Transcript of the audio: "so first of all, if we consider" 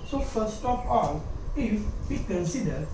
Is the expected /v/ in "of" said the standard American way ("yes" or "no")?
no